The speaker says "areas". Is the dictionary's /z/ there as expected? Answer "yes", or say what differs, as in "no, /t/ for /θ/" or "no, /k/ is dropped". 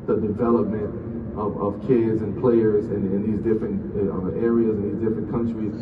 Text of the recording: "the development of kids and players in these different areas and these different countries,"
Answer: yes